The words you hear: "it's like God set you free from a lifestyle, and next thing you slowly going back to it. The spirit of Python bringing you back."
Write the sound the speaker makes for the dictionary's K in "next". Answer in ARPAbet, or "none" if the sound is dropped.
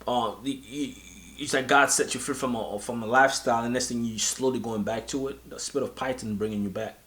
none